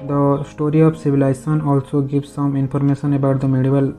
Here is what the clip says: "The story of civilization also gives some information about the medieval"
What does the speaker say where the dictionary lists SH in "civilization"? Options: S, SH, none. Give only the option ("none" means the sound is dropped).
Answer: S